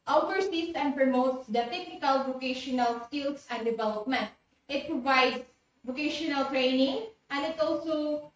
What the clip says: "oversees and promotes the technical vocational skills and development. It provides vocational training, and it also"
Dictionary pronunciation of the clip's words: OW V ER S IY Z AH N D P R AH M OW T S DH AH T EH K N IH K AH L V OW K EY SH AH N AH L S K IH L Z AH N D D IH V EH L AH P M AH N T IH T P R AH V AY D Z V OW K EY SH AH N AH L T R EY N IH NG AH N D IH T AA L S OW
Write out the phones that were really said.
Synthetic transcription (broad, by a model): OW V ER S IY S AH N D P R AH M OW T S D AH T EH K N IH K AH L V OW K EY SH AH N AH L S K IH L S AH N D D IH V EH L AH P M AH N T IH T P R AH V AY D S V OW K EY SH AH N AH L T R EY N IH NG AH N D IH T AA L S OW